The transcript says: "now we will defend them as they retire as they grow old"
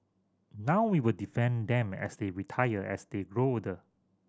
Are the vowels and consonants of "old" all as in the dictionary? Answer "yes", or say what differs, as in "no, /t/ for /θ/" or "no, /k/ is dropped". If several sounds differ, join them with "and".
no, /l/ is dropped